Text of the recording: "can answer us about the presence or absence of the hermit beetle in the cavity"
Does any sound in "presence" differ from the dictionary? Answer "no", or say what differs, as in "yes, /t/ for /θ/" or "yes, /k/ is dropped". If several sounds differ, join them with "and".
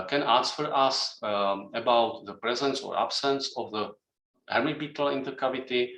no